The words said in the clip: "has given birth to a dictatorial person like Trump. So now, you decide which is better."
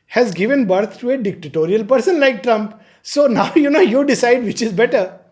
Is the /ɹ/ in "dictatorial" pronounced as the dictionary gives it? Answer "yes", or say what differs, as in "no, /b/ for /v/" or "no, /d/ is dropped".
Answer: yes